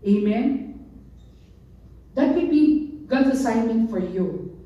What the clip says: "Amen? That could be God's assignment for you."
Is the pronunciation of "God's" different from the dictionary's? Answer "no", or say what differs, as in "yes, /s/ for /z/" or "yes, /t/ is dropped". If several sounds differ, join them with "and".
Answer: yes, /z/ is dropped